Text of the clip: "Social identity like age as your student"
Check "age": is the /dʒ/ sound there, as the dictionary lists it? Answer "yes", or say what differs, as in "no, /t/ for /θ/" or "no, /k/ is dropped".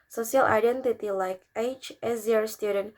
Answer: no, /tʃ/ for /dʒ/